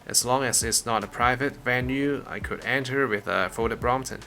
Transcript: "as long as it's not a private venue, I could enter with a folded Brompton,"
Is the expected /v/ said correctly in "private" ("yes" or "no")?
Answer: yes